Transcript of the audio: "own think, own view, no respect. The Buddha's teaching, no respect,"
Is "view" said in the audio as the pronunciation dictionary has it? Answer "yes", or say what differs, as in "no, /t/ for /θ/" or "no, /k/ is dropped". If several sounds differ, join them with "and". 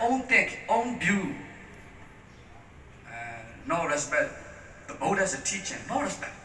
no, /b/ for /v/